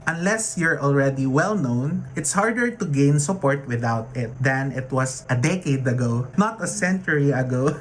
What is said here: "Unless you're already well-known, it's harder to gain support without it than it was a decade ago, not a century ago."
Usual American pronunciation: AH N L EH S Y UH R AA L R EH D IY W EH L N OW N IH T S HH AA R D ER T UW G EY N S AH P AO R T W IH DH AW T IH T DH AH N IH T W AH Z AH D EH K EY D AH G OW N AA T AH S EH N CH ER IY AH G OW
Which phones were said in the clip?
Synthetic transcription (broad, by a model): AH N L EH S Y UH R AA L R EH D IY W EH L N OW N IH T S HH AA R D ER T UW G EY N S AH P AO R T W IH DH AW T IH T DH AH N IH T W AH S AH D EH K EY D AH G OW N AA T AH S EH N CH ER IY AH G OW